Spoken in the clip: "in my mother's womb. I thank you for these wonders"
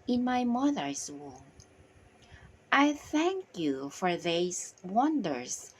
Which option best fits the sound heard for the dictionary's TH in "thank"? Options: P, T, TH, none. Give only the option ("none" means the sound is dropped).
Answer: TH